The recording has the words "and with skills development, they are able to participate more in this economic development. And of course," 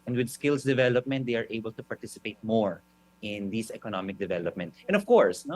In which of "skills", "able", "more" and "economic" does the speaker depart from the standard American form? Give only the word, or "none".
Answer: skills